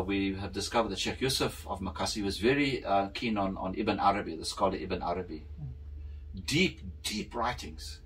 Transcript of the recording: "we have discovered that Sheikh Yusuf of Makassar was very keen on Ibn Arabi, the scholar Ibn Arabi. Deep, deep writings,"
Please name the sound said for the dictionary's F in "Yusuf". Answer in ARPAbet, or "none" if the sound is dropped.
F